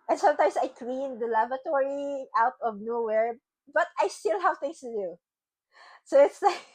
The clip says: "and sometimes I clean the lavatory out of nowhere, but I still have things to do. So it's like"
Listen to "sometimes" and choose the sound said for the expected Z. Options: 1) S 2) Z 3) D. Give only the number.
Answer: 1